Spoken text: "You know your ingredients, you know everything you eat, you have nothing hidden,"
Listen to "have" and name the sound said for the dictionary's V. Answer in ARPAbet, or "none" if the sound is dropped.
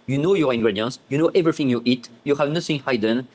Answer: V